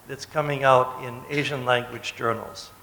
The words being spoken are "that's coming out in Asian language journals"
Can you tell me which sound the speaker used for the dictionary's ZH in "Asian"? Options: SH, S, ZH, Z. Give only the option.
ZH